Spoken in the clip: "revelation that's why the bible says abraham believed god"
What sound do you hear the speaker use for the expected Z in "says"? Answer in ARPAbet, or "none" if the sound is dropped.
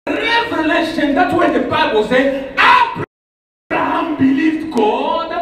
none